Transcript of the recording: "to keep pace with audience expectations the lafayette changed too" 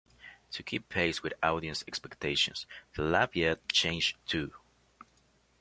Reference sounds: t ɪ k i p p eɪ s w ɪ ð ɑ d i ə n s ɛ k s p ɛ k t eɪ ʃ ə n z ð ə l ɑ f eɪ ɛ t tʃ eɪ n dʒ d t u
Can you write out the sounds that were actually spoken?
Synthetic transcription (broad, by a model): t ɪ k i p p eɪ s w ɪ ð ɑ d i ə n s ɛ k s p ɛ k t eɪ ʃ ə n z ð ə l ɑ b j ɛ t tʃ eɪ n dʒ t u